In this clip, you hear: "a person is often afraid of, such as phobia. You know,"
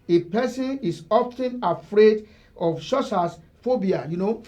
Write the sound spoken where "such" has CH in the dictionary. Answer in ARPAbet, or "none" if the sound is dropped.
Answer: S